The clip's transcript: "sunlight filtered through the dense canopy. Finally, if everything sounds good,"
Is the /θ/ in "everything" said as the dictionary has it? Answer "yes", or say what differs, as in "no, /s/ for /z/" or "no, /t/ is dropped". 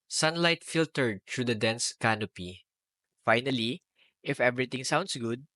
no, /t/ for /θ/